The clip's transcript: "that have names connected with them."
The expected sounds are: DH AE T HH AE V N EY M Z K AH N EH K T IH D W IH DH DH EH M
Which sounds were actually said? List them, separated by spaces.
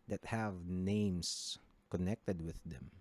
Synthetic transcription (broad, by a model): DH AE T HH AE V N EY M S K AH N EH K T IH D W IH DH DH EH M